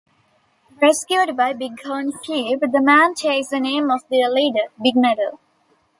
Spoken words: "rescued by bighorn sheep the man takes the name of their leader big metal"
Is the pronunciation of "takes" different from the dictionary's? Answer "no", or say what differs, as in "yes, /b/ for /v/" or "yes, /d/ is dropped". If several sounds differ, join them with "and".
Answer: yes, /k/ is dropped